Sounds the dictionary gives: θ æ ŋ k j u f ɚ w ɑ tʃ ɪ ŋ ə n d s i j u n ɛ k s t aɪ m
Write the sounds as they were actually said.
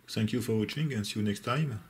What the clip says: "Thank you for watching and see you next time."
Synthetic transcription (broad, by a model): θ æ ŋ k j u f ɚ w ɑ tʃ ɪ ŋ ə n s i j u n ɛ k s t aɪ m